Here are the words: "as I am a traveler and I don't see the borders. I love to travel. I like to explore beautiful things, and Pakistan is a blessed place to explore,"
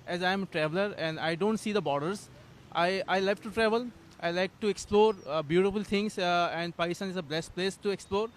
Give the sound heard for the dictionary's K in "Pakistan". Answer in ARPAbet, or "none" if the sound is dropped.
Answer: none